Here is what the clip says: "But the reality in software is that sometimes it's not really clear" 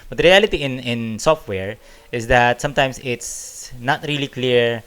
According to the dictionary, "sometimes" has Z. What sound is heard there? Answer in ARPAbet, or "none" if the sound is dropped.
S